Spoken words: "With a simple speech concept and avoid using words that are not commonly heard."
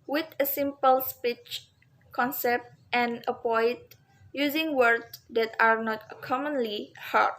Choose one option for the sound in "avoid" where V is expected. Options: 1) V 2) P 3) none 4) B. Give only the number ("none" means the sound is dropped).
2